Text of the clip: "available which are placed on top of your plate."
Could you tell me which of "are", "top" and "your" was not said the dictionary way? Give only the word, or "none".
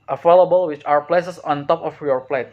are